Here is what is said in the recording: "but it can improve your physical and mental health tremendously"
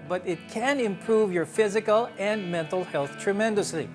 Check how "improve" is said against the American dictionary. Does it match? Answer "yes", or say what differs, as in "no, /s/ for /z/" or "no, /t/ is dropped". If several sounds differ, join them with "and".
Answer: yes